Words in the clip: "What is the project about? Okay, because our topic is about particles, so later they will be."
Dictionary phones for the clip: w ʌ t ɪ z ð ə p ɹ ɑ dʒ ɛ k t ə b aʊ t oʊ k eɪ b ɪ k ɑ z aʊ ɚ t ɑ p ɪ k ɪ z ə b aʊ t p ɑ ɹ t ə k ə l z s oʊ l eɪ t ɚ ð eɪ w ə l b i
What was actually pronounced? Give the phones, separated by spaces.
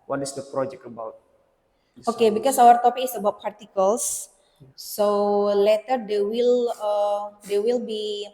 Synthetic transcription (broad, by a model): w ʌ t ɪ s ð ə p ɹ ɑ dʒ ɛ k t ə b aʊ t oʊ k eɪ b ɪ k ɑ s aʊ ɚ t ɑ p ɪ k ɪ s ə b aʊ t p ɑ ɹ t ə k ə l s s oʊ l eɪ t ɚ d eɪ w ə l b i